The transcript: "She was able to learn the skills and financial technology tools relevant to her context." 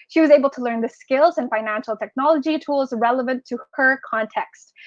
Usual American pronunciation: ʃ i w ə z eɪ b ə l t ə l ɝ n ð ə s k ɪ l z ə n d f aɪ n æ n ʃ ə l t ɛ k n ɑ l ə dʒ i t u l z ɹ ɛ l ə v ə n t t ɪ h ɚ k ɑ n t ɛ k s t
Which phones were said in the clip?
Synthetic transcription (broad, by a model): ʃ i w ə z eɪ b l t ə l ɝ n ð ə s k ɪ l z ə n f aɪ n æ n ʃ l t ɛ k n ɑ l ə dʒ i t u l z ɹ ɛ l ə v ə n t t ɪ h ɚ k ɑ n t ɛ k s t